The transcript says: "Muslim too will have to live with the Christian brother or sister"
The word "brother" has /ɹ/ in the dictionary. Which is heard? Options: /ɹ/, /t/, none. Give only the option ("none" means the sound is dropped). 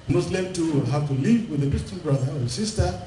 /ɹ/